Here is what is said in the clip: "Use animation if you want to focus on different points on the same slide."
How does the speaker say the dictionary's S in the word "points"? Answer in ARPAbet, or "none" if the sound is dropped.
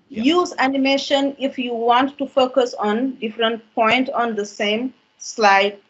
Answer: none